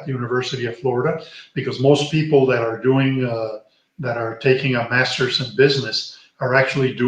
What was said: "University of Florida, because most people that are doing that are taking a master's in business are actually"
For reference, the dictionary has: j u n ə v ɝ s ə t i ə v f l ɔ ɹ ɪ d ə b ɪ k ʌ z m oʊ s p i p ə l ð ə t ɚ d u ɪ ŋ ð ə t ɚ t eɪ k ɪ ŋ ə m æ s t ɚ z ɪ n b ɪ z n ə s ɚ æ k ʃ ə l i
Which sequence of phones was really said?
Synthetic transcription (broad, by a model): j u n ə v ɝ s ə t i ə v f l ɔ ɹ ɪ d ə b ɪ k ʌ z m oʊ s p i p l ð ə t ɚ d u ɪ ŋ ð ə t ɚ t eɪ k ɪ ŋ ə m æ s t ɚ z ɪ n b ɪ z n ə s ɚ æ k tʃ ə l i